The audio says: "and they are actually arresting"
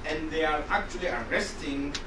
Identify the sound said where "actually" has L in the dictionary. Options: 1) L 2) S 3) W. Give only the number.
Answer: 1